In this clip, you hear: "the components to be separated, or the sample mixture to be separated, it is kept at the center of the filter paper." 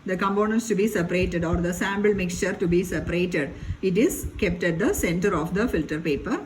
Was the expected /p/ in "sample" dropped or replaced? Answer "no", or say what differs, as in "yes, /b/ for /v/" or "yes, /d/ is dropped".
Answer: yes, /b/ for /p/